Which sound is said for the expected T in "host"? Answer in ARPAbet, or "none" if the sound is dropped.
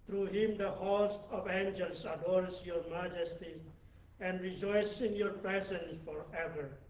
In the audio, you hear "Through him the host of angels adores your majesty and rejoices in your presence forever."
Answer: none